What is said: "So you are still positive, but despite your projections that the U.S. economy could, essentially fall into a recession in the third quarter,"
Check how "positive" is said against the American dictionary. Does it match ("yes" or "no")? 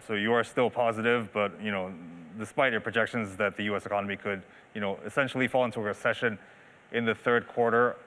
yes